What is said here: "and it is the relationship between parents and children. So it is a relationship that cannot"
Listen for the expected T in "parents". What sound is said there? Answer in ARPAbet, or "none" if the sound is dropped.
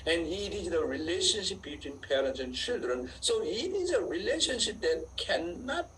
T